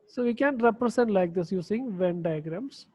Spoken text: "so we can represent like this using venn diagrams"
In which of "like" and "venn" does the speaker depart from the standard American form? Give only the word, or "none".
none